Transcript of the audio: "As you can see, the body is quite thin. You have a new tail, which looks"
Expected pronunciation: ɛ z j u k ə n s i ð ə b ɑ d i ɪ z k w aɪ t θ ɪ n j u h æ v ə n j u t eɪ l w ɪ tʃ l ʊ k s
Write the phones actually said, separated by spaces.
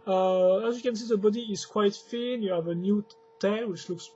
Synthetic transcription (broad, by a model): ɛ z j u k ə n s i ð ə b ɑ d i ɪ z k w aɪ t f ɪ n j u h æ v ə n j u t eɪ n w ɪ tʃ l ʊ k s